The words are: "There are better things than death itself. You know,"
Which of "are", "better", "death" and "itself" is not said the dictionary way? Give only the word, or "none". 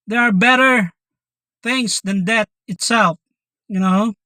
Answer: death